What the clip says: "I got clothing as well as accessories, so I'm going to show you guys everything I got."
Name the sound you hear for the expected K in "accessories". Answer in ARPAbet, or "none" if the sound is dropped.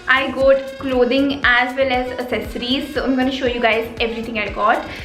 none